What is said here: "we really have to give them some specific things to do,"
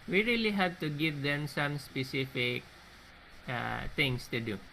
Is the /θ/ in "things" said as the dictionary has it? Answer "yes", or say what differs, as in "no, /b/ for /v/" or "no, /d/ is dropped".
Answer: no, /t/ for /θ/